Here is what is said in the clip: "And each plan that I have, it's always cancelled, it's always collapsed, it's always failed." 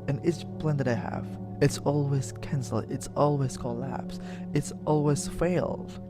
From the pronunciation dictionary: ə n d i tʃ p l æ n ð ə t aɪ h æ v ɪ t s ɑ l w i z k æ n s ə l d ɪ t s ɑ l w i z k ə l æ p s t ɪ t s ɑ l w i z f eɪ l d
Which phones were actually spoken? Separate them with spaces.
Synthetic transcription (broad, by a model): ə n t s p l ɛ n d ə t aɪ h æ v ɪ t s ɑ l w i z k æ n s l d ɪ t s ɑ l w i z k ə l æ p s ɪ t s ɑ l w i z f eɪ l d